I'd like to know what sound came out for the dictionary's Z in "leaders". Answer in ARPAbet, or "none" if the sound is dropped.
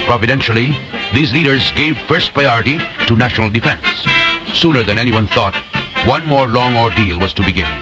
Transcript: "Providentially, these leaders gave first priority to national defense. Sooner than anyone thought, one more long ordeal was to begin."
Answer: Z